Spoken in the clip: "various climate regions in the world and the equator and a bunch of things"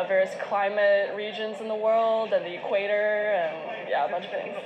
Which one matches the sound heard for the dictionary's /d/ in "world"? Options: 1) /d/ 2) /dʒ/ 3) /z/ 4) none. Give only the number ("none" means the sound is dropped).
1